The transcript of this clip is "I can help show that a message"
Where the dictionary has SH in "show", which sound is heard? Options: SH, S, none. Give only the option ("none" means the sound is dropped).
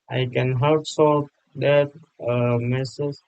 S